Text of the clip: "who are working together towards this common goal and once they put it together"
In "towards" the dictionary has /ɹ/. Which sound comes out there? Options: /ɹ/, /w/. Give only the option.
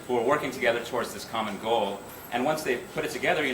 /ɹ/